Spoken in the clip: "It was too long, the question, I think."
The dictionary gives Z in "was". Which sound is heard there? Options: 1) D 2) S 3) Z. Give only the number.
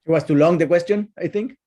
2